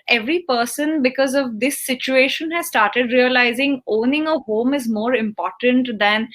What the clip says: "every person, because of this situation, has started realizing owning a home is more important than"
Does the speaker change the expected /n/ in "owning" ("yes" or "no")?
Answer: no